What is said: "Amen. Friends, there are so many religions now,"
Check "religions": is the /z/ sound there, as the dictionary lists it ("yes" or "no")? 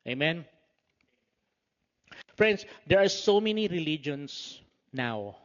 no